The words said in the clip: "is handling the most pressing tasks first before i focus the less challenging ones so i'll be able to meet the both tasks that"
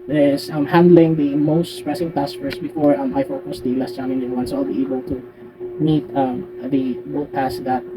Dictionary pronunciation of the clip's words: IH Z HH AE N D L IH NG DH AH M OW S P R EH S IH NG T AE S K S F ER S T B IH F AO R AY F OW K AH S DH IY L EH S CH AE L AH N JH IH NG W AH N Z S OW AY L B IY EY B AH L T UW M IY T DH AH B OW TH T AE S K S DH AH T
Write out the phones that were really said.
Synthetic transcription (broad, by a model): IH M HH AE N D L IH NG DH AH M OW S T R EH S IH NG T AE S S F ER S B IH F AO R AY F OW K AH S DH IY L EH S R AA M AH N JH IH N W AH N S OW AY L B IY EY B AH L T UW M IY T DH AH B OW T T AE S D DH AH T